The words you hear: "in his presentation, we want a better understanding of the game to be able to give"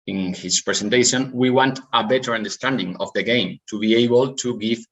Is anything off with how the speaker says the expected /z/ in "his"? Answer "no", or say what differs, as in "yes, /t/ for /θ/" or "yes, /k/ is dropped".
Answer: yes, /s/ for /z/